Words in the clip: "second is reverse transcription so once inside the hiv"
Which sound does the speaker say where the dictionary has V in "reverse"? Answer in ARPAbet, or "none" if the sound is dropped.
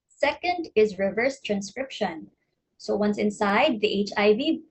V